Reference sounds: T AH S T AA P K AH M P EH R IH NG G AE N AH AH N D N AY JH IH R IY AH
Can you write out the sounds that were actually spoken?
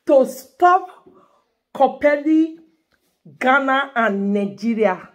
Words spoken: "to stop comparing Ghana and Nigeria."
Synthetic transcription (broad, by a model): T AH S T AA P K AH P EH L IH G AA N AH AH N N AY JH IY R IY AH